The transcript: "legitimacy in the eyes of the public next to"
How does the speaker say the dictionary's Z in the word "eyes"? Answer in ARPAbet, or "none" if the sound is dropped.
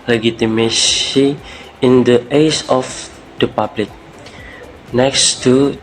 S